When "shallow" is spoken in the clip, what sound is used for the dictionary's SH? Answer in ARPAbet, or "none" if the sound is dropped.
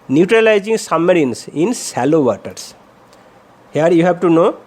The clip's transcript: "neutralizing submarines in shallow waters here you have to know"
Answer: S